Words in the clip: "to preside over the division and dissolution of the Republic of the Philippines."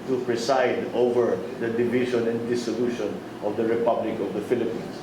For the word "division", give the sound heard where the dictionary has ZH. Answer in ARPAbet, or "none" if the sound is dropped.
SH